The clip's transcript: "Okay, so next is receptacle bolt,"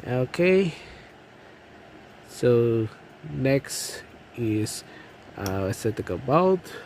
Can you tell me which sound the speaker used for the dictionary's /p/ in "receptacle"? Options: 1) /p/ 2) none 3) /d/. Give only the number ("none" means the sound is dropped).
2